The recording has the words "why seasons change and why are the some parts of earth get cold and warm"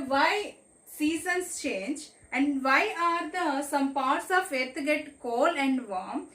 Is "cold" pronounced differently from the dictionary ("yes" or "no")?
yes